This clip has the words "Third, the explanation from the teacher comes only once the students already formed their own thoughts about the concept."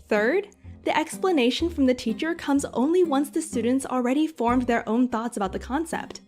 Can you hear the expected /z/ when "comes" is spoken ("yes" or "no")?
yes